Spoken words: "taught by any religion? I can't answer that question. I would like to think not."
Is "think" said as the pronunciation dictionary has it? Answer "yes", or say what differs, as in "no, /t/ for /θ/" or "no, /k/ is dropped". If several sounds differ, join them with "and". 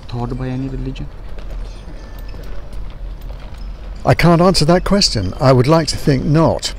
yes